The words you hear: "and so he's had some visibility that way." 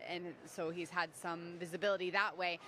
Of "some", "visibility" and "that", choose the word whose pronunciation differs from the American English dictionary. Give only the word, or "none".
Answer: none